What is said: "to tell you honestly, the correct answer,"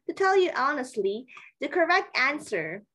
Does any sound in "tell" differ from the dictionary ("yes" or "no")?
no